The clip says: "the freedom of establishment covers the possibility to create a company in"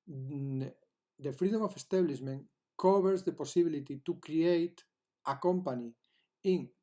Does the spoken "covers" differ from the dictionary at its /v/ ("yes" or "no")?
yes